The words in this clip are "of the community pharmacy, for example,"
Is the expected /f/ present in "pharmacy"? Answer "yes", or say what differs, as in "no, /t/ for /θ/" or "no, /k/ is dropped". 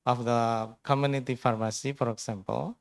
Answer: yes